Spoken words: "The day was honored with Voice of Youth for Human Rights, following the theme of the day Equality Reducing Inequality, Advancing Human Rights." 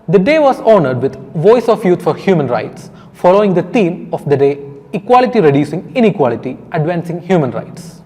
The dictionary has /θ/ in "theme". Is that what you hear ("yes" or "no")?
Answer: no